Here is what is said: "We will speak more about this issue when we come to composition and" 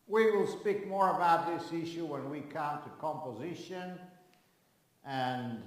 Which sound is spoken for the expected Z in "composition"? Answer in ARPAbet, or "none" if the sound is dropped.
Z